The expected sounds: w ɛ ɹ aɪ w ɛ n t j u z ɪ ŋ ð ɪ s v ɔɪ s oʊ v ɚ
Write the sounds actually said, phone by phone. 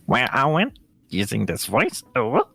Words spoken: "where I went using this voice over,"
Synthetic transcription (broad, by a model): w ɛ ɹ aɪ w ɛ n t j u z ɪ ŋ ð ɪ s v ɔɪ s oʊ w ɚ